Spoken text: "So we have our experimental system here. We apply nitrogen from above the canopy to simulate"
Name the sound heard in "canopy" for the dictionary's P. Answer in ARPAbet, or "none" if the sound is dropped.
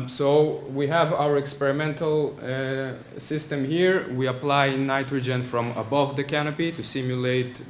P